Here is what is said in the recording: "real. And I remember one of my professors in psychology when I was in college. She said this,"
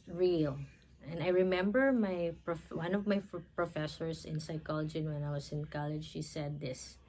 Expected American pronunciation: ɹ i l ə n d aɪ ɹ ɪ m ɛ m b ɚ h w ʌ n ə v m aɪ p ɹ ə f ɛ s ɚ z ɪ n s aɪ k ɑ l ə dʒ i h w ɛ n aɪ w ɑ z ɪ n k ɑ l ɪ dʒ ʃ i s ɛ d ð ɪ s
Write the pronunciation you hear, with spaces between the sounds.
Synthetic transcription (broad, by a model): ɹ i l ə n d aɪ ɹ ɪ m ɛ m b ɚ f w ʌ n ə v m aɪ p ɹ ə f ɛ s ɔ s ɪ n s aɪ k ɑ l ə dʒ i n w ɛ n aɪ w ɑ s ɪ n k ɑ l ɪ dʒ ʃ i s ɛ d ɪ s